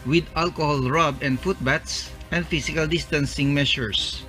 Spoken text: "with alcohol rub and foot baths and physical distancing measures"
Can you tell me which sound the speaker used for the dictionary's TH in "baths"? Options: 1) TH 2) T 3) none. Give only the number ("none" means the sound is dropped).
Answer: 2